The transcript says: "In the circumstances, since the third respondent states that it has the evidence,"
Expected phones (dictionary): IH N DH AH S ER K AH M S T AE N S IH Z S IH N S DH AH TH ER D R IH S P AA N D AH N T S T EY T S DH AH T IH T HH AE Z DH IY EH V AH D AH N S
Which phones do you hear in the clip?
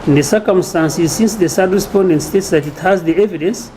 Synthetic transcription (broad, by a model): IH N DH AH S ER K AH M S T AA N S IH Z S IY N S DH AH S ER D R IH S P AA N D AH N T S T EY T S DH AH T IH T HH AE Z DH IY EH V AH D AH N S